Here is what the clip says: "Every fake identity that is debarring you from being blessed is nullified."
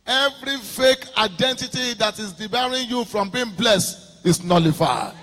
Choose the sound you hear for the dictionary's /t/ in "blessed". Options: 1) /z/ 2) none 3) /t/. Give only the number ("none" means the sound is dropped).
3